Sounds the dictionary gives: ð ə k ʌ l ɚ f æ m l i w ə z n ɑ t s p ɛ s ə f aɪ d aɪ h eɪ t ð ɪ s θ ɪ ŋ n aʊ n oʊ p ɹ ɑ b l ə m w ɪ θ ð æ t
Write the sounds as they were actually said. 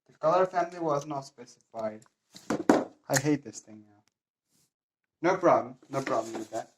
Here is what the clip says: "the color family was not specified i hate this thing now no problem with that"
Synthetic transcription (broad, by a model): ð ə k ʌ l ɚ f æ m l i w ə z n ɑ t s p ɛ s ə f aɪ d aɪ h eɪ t ð ɪ s θ ɪ ŋ n aʊ n oʊ b ɹ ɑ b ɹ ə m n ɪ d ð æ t